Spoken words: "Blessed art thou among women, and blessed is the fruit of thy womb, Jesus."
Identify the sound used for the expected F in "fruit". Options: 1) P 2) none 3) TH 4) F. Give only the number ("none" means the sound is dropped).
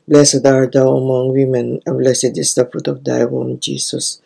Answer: 4